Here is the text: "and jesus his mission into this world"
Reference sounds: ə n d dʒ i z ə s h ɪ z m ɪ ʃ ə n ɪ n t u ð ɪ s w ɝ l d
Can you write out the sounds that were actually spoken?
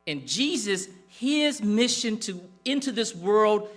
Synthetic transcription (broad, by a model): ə n dʒ i z ə s h ɪ z m ɪ ʃ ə n ɪ n t u ð ɪ s w ɝ l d